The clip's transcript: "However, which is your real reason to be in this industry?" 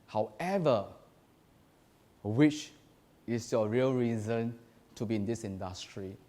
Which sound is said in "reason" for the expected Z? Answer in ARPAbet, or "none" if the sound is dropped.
Z